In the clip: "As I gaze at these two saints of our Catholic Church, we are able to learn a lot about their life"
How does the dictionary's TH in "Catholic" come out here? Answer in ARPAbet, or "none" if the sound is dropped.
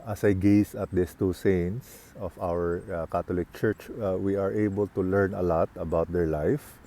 T